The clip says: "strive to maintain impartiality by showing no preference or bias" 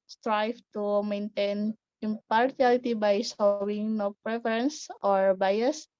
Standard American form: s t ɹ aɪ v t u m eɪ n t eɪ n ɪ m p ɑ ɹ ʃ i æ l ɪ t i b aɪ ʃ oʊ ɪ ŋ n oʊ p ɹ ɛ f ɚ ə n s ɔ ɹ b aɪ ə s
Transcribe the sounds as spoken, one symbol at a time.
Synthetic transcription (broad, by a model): s t ɹ aɪ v t u m eɪ n t eɪ n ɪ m p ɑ ɹ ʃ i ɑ l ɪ t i b aɪ s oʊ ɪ ŋ n oʊ p ɹ ɛ f ɚ ə n s ɔ ɹ b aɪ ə s